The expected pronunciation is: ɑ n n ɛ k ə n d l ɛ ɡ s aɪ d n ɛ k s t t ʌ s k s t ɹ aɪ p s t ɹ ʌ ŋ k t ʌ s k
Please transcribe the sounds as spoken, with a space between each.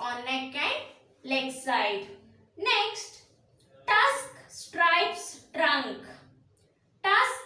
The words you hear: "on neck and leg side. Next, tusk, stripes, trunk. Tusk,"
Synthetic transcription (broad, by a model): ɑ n l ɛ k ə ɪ l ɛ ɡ s aɪ d n ɛ k s t t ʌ s k s t ɹ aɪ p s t ɹ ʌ ŋ k t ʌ s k